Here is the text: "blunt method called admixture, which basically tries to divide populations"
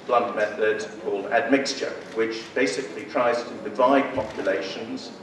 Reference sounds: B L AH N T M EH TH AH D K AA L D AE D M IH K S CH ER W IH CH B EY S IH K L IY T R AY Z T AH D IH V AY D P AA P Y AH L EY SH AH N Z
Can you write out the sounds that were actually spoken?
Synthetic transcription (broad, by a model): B L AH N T M EH TH AH D K AA L D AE D M IH K S CH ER W IH CH B EY S IH K L IY T R AY Z T AH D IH V AY D P AA P Y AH L EY SH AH N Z